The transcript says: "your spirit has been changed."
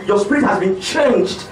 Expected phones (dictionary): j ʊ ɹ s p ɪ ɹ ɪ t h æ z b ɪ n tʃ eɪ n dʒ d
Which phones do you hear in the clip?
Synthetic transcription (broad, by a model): j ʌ s p ɪ ɹ ɪ t h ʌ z b ɪ n tʃ eɪ n dʒ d